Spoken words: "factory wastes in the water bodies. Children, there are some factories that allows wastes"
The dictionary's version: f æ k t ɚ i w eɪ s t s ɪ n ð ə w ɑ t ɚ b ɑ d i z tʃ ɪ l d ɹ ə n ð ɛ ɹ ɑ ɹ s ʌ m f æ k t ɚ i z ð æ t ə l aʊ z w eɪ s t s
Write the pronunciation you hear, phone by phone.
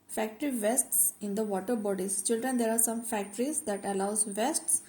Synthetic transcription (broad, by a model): f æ k t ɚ i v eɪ s t s ɪ n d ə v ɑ t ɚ b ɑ d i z tʃ ɪ l d ɹ ə n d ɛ ɹ ɑ ɹ s ʌ m f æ k t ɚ i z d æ t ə l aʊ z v eɪ s t s